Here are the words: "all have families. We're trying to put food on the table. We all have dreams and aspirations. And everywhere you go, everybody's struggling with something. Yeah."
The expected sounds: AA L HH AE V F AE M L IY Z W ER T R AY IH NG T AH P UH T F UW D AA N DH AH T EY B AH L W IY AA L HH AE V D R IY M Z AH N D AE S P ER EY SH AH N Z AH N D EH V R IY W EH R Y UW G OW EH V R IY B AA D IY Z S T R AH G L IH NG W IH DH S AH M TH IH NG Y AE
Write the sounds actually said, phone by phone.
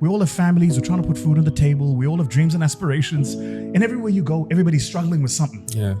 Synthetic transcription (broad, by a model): AA L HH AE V F AE M L IY Z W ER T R AY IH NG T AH P UH T F UW D N DH AH T EY B AH L W IY AA L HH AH V D R IY M Z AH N AE S P ER EY SH AH N Z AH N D EH V R IY W EH R Y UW G OW EH V R IY B AA D IY Z S T R AH G L IH NG W IH DH S AH M TH IH NG Y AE